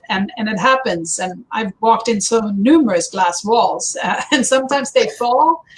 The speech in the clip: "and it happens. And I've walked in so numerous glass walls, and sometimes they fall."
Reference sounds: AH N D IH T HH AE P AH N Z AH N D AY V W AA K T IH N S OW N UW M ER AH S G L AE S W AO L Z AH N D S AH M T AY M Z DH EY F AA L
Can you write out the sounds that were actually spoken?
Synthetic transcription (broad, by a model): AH N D IH T HH AE P AH N Z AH N AY V W AA K T IH N S OW N UW M ER AH S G L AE S W AO L Z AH N S AH M T AY M Z DH EY F AA L